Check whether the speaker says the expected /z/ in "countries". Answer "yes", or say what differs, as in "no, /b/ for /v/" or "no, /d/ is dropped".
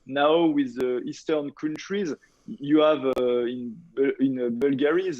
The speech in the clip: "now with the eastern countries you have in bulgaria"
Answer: yes